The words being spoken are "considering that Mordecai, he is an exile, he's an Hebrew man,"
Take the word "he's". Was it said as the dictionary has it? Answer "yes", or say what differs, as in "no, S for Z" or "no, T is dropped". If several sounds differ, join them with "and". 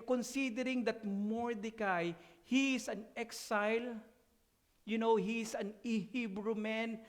no, S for Z